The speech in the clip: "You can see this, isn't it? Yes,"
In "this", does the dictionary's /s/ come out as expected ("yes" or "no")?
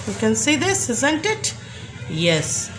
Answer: yes